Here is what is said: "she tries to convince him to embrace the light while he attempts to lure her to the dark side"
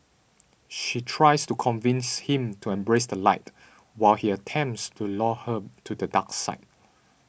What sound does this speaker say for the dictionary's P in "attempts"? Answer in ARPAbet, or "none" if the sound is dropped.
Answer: P